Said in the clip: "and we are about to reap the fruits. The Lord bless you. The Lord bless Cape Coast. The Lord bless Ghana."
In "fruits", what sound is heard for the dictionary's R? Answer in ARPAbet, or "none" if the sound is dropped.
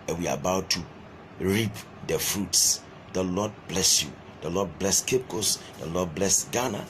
R